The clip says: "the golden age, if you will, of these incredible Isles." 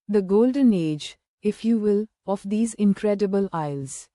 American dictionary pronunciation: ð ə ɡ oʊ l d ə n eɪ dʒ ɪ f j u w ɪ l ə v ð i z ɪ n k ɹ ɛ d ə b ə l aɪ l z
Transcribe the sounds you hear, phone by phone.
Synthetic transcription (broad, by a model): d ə ɡ oʊ l d ə n eɪ dʒ ɪ f j u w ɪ l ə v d i z ɪ n k ɹ ɛ d ə b ə l aɪ l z